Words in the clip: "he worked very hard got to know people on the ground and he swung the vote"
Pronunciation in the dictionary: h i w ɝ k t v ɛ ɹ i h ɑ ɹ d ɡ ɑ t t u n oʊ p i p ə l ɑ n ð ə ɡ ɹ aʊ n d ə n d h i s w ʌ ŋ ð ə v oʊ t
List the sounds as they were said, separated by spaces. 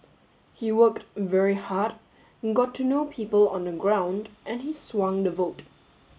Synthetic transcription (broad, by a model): h i w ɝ k t v ɛ ɹ i h ɑ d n ɡ ɑ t t u n oʊ p i p ə l ɑ n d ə ɡ ɹ aʊ n d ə n h i s w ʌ ŋ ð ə v oʊ t